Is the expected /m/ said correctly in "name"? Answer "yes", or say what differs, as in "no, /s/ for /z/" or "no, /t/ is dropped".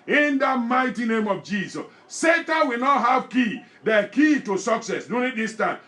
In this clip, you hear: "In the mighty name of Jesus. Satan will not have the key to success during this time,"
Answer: yes